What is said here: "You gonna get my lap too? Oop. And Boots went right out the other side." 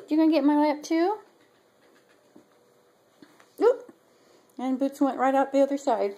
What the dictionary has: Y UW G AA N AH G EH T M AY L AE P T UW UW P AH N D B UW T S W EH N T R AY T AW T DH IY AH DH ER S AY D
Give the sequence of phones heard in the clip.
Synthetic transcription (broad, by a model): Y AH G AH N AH G EH T M AY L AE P T UW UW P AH N B UW T S W EH N T R AY T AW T DH IY AH DH ER S AY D